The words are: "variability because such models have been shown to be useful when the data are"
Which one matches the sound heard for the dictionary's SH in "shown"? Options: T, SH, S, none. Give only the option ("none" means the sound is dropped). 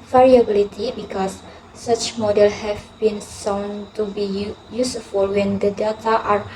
S